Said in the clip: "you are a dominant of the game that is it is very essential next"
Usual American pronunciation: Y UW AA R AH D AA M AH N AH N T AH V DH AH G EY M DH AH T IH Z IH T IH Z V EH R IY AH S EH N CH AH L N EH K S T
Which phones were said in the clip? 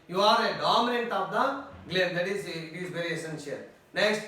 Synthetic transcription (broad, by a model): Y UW AA R AH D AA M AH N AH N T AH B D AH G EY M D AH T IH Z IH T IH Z B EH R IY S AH N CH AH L N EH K S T